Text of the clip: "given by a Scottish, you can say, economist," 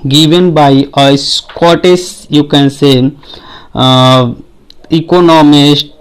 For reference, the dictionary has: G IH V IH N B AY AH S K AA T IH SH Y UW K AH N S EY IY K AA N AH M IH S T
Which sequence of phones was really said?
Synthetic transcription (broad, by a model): G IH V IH N B AY AH S K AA T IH S Y UW K AH N S EY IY K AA N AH M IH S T